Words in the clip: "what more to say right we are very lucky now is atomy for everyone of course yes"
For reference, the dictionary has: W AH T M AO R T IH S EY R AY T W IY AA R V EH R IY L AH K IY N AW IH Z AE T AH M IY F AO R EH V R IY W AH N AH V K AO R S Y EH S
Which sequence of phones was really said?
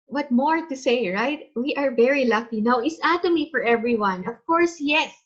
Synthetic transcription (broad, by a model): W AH T M AO R T IH S EY R AY T W IY AA R V EH R IY L AH K IY N AW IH S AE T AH M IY F AO R EH V R IY W AH N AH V K AO R S Y EH S